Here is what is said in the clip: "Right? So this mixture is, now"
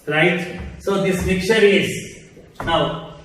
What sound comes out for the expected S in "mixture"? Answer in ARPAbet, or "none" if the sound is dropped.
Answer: none